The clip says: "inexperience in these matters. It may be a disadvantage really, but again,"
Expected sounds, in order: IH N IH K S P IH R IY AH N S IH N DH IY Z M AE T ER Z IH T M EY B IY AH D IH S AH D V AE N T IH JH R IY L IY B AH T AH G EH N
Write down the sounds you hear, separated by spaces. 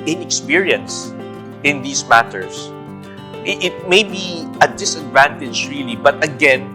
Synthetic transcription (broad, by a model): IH N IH K S P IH R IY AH N S IH N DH IY S M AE T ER S IH T M EY B IY AH D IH S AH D V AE N T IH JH R IY L IY B AH T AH G EH N